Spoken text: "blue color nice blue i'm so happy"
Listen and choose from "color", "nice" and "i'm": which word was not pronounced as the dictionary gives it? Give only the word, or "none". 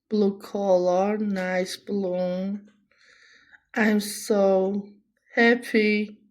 none